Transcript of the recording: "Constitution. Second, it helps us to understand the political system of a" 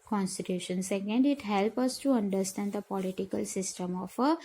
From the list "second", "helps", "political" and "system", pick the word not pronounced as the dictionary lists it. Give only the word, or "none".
helps